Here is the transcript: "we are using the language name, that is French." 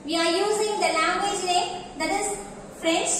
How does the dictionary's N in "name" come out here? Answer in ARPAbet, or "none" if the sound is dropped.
L